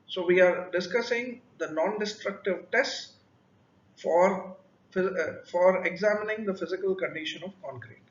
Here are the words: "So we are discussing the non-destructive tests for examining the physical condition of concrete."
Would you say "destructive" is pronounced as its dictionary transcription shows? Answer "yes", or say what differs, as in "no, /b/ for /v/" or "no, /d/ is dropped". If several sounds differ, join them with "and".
yes